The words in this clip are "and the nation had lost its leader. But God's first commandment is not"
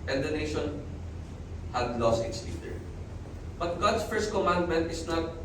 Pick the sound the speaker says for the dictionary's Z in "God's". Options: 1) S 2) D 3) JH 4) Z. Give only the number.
1